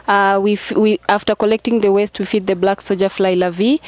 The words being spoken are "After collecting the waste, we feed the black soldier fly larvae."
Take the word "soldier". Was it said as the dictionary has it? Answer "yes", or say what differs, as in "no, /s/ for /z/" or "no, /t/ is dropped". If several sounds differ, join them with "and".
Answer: no, /l/ is dropped